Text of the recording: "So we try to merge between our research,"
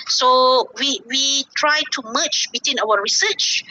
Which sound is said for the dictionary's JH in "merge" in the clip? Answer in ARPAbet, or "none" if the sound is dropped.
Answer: CH